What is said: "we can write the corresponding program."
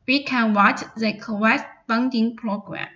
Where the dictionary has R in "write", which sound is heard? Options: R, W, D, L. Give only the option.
W